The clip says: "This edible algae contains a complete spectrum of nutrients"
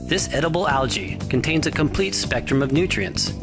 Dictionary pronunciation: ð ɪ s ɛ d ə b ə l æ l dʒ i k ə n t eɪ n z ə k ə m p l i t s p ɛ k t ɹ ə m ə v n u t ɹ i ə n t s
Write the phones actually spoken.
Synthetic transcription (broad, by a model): ð ɪ s ɛ d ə b l æ l dʒ i k ə n t eɪ n z ə k ə m p l i t s p ɛ k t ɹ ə m ə v n u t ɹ i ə n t s